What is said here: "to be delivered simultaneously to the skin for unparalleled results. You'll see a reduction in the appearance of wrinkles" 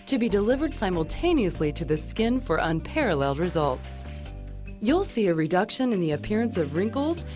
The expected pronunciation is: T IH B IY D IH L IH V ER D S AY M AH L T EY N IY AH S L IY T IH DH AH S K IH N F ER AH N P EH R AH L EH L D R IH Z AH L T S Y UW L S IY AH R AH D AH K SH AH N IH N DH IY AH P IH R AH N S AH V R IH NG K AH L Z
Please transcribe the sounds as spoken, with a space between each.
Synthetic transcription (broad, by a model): T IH B IY D IH L IH V ER D S AY M L T EY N IY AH S L IY T IH DH AH S K IH N F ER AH N P EH R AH L EH L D R IH Z AH L T S Y UW L S IY AH R AH D AH K SH AH N IH N DH IY AH P IH R AH N S AH V R IH NG K L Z